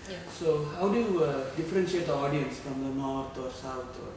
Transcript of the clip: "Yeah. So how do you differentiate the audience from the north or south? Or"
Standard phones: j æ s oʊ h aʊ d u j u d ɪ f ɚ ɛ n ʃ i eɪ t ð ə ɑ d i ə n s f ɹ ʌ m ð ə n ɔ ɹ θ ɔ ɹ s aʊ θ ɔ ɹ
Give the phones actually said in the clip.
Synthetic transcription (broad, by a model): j s oʊ h aʊ d u j u d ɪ f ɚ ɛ n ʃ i eɪ t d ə ɑ d i ə n s f ɹ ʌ m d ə n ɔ ɹ t ɔ ɹ s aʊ t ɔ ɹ